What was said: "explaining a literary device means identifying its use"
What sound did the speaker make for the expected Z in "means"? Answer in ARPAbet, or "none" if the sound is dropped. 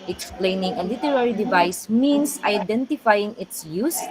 S